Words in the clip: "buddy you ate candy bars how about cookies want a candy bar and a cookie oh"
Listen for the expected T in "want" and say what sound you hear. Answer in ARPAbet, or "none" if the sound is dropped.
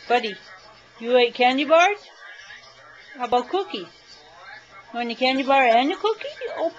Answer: none